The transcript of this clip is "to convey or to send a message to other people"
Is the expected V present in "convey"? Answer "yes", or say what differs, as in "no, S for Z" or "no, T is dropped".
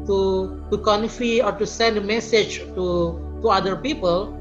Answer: no, F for V